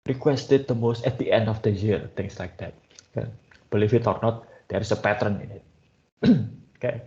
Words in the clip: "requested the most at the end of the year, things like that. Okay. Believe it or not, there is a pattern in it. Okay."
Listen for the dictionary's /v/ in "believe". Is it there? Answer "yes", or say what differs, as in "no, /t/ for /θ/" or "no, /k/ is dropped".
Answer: no, /f/ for /v/